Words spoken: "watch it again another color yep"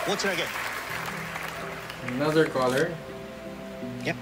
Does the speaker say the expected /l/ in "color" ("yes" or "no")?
yes